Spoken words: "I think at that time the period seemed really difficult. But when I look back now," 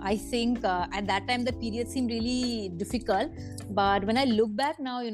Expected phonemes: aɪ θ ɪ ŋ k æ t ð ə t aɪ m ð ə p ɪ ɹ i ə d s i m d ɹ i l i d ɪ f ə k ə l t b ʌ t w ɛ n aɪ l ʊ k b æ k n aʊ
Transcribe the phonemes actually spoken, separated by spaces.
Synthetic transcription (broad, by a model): aɪ t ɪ ŋ k æ t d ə t aɪ m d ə p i ɹ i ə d s i m d ɹ i l i d ɪ f ə k ə l t b ʌ t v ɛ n aɪ l ʊ k b æ k n aʊ